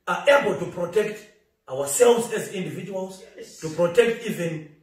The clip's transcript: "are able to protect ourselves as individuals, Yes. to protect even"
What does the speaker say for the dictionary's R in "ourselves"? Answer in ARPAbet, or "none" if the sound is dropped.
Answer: W